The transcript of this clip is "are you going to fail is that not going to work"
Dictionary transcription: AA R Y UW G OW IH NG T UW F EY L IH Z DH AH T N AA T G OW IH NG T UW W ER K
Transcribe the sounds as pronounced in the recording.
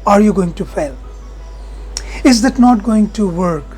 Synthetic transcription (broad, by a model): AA R Y UW G OW IH NG T UW F EY L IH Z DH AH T N AA T G OW IH NG T UW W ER K